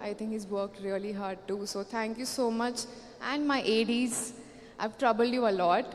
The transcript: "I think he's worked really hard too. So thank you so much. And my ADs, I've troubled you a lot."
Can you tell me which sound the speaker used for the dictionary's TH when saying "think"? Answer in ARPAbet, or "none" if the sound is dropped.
T